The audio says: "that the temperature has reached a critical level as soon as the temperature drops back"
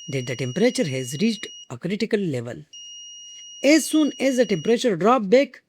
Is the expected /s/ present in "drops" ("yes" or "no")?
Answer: no